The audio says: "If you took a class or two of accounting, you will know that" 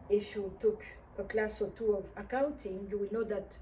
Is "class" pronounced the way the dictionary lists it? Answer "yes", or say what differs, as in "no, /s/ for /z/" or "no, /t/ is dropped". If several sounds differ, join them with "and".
yes